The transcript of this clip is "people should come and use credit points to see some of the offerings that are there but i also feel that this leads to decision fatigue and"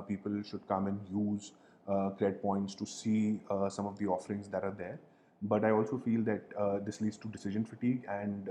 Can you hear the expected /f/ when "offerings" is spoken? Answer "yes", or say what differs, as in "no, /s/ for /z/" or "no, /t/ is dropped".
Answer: yes